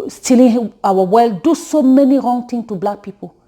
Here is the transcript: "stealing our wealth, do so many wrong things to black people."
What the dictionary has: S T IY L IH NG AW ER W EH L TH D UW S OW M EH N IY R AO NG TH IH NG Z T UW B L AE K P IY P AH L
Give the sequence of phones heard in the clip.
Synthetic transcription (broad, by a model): S T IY L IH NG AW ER W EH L D UW S OW M EH N IY R AO NG T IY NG T UW B L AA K P IY P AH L